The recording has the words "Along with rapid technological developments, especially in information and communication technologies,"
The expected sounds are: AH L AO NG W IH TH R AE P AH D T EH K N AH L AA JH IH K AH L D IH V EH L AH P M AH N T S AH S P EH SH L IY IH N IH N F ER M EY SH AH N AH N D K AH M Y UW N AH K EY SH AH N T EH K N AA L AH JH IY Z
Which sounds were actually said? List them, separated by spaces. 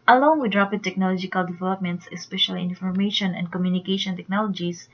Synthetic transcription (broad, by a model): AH L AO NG W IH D R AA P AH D T EH K N AH L AA JH IH K AH L D IH V EH L AH P M AH N T S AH S P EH SH IY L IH N F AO M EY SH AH N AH N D K AH M Y UW N AH K EY SH AH N T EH K N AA L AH JH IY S